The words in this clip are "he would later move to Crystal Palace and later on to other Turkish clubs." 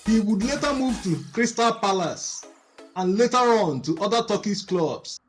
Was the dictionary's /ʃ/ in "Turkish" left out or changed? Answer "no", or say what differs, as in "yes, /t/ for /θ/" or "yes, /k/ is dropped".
yes, /s/ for /ʃ/